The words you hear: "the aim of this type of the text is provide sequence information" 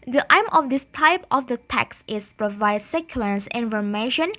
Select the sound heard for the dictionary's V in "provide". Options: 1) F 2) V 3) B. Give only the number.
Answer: 2